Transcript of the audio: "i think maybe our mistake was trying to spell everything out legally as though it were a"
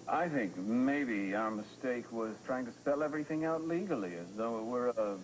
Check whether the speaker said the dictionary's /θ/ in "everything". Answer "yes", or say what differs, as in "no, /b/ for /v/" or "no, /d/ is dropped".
yes